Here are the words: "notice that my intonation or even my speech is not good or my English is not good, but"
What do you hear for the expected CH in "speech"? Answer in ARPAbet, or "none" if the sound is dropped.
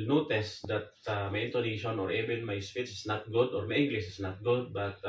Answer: S